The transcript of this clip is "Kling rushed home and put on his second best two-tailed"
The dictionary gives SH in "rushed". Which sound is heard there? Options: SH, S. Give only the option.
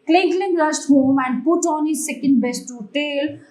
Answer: S